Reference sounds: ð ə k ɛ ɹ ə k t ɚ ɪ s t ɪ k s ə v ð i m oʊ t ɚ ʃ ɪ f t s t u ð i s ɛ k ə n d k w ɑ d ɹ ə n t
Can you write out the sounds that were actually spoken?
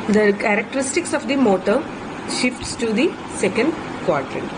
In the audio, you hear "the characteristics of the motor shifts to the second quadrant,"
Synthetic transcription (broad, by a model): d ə k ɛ ɹ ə k t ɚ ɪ s t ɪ k s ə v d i m oʊ t ɚ ʃ ɪ f t s t u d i s ɛ k ə n d k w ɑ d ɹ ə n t